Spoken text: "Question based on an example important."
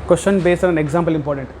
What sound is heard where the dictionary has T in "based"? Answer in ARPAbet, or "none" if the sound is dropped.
none